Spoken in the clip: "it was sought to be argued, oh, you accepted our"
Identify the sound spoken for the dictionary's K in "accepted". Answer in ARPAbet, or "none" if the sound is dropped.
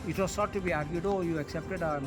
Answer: K